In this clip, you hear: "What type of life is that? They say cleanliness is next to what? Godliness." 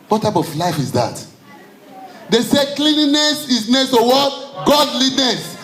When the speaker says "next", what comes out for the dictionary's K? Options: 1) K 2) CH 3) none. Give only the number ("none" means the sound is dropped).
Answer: 3